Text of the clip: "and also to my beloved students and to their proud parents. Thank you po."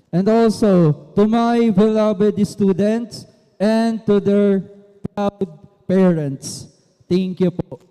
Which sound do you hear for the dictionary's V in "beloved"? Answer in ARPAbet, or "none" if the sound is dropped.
B